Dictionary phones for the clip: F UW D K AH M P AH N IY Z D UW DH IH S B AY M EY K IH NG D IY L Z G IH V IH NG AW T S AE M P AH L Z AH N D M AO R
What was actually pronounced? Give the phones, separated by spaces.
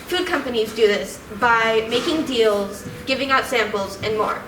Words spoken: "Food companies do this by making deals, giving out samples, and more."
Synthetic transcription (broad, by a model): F UW D K AH M P AH N IY Z D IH DH IH S B AY M EY K IH NG D IY L Z G IH V IH NG AW T S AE M P L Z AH N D M AO R